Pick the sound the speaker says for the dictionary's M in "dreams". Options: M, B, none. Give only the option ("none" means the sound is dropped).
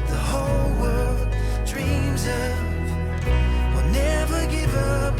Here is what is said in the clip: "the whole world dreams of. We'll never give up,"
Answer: M